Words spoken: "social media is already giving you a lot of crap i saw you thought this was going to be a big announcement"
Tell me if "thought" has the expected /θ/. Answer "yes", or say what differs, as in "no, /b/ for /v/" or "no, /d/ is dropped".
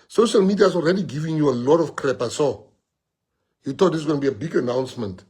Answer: no, /t/ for /θ/